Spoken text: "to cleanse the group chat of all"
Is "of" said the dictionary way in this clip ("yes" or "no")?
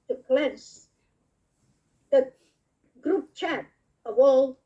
no